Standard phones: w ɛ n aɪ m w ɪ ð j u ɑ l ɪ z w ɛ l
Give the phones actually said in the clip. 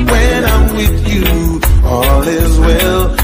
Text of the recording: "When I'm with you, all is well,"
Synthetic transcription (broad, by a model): w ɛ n aɪ m w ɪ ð j u ɑ l ɪ z w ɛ l